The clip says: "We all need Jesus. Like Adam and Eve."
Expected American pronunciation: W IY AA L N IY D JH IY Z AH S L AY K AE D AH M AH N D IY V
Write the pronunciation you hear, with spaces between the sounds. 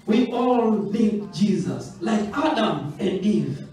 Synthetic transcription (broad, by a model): W IY AA L L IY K JH IY Z AH S L AY K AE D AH M AH N D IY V